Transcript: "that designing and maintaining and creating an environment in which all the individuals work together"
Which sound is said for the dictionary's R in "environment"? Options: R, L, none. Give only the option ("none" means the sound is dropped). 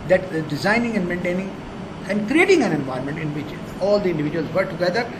none